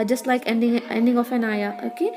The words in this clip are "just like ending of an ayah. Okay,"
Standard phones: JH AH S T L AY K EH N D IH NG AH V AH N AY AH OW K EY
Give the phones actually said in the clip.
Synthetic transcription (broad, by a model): JH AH S T L AY K EH N D IH NG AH F AH N AY AH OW K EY